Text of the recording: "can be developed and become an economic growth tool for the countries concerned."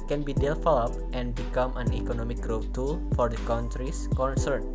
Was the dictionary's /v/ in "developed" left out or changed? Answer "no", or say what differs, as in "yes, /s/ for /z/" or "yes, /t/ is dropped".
yes, /f/ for /v/